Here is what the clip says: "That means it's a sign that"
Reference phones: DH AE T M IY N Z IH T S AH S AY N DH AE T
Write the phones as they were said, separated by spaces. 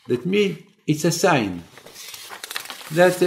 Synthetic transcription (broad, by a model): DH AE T M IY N IH T S AH S AY N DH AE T